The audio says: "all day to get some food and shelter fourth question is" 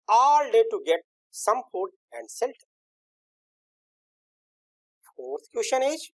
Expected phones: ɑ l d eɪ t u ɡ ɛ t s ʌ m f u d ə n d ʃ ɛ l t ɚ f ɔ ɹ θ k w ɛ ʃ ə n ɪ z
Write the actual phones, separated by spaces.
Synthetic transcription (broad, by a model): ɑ l d eɪ t u ɡ ɛ t s ʌ m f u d ə n d s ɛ l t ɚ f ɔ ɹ t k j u ʃ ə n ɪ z